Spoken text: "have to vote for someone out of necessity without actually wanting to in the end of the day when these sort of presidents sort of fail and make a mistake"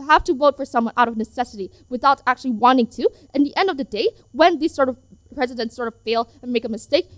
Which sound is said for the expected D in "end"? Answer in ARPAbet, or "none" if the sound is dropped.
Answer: D